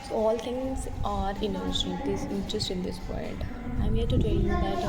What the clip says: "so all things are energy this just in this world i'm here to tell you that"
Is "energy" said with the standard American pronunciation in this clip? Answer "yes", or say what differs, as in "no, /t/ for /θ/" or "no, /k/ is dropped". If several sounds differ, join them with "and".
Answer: no, /ʃ/ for /dʒ/